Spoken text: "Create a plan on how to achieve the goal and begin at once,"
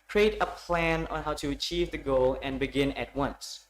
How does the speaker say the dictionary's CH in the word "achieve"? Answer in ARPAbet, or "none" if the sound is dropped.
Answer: CH